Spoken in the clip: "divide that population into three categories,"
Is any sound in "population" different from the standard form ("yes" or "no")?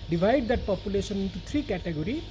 yes